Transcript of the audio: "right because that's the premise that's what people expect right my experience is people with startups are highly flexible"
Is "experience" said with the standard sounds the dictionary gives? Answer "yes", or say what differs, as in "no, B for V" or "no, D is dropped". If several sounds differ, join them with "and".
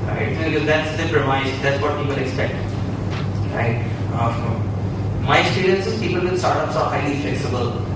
no, K is dropped